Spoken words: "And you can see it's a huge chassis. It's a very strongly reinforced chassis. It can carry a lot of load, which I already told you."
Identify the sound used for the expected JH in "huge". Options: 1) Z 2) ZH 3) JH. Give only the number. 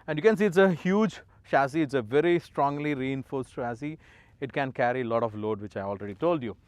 3